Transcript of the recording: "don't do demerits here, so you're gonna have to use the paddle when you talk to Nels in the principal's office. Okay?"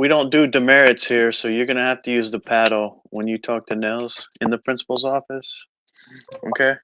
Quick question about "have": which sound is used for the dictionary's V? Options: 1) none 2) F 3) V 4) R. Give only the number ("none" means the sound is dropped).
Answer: 2